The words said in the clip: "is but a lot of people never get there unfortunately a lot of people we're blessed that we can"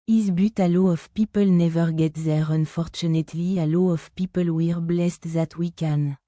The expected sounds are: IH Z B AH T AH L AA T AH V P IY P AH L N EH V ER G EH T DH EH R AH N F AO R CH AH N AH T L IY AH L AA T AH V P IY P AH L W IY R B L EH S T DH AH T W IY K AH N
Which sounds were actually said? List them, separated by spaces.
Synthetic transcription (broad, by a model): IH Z B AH T AH L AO AH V P IY P AH L N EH V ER G EH T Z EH R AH N F AO R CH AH N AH T L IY AH L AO AH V P IY P AH L W IY R B L EH S T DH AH T W IY K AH N